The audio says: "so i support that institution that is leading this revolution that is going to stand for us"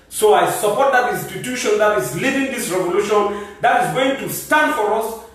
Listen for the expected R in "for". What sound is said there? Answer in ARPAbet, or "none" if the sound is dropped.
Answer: R